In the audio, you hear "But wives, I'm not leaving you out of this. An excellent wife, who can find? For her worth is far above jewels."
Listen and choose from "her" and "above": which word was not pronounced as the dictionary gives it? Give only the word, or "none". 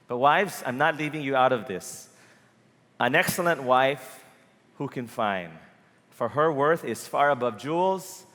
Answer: none